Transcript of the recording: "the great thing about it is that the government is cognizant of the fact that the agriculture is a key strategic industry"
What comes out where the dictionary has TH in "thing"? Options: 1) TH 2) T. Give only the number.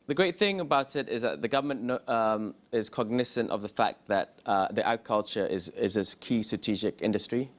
1